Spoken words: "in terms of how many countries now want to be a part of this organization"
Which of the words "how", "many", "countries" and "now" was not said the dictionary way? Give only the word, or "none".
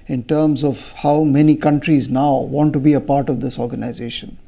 none